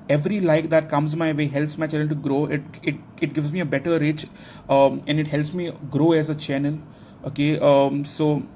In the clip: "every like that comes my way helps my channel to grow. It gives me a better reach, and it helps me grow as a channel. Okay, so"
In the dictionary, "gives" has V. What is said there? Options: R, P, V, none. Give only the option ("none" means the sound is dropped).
V